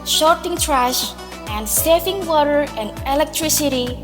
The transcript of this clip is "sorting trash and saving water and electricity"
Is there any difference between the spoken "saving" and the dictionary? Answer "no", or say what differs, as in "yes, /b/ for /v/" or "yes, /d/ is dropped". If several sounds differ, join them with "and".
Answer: yes, /f/ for /v/